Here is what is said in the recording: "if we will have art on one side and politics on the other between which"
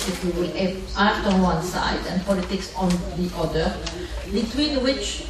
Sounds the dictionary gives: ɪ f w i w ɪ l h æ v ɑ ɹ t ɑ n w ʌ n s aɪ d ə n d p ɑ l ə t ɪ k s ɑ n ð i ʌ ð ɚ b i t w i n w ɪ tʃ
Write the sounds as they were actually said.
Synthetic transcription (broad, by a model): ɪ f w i w ɪ l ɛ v ɑ ɹ t ɑ n w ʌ n s aɪ d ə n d p ɑ l ə t ɪ k s ɑ n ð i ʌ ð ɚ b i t w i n w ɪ tʃ